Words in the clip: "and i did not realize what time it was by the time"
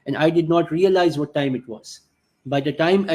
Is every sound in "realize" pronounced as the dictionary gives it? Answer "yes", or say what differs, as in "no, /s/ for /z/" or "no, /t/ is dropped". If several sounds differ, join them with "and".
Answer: yes